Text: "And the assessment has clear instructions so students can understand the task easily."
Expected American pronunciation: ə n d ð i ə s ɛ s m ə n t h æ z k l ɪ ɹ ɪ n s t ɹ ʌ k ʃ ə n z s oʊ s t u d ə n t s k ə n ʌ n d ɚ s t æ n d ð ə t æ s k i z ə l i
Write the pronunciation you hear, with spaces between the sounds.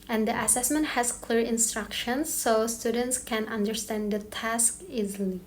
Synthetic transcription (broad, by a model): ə n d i ə s ɛ s m ə n t h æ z k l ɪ ɹ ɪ n s t ɹ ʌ k ʃ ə n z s oʊ s t u d ə n t s k ə n ʌ n d ɚ s t æ n d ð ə t æ s k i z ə l i